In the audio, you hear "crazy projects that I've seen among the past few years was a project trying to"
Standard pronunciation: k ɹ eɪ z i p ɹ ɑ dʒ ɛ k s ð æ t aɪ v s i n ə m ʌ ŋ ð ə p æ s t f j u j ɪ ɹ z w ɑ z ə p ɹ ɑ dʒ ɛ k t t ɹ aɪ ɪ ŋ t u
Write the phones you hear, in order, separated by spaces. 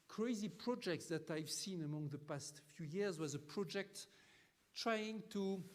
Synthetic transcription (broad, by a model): k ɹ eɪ z i p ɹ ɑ dʒ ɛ k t ð æ t aɪ v s i n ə m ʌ ŋ ð ə p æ s t f j u j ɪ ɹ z w ɑ z ə p ɹ ɑ dʒ ɛ k t t ɹ aɪ ɪ ŋ t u